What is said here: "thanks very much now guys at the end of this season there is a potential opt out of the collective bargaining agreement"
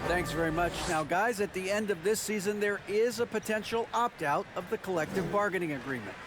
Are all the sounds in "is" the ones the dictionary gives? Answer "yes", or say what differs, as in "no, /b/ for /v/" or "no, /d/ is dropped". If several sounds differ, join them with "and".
yes